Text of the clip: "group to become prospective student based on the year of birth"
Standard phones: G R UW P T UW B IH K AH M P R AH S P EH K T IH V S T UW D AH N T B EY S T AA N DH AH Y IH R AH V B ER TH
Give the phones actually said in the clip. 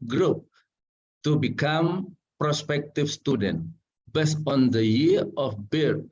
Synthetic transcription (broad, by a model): G R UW P T UW B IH K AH M P R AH S P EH K T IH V S T UW D AH N T B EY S AA N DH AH Y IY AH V B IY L